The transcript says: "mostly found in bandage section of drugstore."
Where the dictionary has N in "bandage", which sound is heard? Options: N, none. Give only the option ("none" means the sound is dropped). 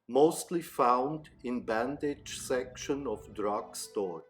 N